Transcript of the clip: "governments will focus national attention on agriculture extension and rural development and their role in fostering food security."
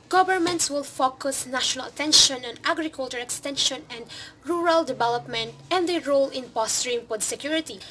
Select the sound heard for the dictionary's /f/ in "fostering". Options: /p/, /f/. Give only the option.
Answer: /p/